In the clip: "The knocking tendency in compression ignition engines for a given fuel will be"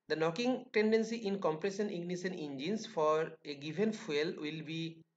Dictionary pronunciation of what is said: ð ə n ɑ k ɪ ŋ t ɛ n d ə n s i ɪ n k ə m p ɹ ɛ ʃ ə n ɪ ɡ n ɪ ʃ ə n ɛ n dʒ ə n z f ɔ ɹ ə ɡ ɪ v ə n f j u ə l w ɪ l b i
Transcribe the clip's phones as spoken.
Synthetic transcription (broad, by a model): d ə n ɑ k ɪ ŋ t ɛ n d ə n s i ɪ n k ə m p ɹ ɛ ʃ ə n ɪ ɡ n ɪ s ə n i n dʒ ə n s f ɔ ɹ ə ɡ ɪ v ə n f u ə l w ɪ l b i